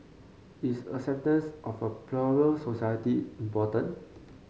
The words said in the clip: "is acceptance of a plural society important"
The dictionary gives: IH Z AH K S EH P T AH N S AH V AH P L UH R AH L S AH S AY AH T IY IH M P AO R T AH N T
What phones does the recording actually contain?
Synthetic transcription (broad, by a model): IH S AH S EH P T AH N S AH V AH P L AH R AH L S AH S AY AH T IY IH M P AO T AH N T